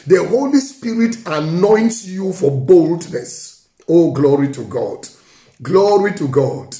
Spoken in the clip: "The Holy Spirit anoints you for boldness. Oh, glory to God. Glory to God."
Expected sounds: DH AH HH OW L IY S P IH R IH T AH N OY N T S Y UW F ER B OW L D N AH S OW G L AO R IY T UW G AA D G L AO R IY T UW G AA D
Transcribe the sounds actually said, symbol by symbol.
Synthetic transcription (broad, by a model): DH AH HH OW L IY S P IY R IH T AH N OY N T S Y UW F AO B OW L D N AH S OW G L AO R IY T UW G AA D G L AO R IY T UW G AA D